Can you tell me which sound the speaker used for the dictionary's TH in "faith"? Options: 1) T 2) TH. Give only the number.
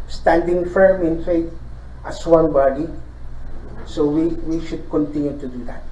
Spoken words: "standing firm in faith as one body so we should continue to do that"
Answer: 1